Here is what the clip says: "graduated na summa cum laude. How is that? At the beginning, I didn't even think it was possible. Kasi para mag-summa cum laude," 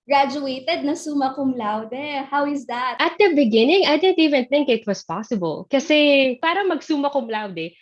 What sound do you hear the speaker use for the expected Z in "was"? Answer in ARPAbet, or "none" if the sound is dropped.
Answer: S